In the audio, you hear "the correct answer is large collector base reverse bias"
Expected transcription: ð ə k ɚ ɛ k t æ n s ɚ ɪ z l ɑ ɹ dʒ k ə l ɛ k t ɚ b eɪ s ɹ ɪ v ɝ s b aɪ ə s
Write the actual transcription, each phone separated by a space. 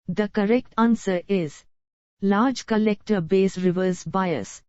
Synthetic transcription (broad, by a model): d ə k ɚ ɛ k t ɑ n s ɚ ɪ z l ɑ ɹ dʒ k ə l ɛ k t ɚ b eɪ s ɹ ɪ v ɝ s b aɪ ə s